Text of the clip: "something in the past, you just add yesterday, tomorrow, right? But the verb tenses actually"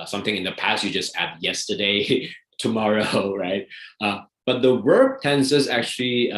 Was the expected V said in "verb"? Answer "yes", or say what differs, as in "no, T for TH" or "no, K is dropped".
no, W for V